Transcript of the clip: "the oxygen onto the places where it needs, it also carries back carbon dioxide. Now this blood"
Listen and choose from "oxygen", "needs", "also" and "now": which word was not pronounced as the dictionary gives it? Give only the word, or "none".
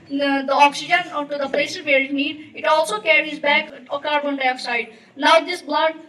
needs